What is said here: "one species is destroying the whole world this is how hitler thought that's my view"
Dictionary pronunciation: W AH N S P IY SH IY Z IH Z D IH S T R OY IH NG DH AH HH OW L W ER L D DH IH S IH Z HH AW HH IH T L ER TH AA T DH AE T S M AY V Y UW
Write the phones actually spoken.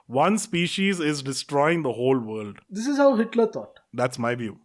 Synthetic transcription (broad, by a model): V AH N S P IY SH IY Z IH Z D IH S T R OY IH NG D AH HH OW L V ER L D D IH S IH Z HH AW HH IH T L ER T AA T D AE T S M AY V Y UW